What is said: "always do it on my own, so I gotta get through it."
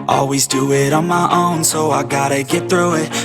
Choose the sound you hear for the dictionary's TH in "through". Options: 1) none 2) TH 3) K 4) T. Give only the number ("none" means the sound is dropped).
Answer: 2